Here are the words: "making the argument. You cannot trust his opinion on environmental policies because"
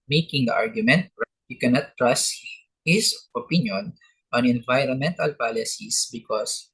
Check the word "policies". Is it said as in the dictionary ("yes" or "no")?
no